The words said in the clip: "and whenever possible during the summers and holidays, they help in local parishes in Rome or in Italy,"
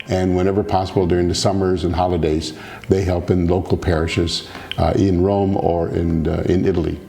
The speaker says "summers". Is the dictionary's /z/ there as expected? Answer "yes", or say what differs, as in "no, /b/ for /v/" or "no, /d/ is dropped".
yes